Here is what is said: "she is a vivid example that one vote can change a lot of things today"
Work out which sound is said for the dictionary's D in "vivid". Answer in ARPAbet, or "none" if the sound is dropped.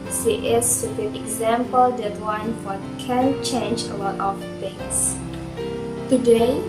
none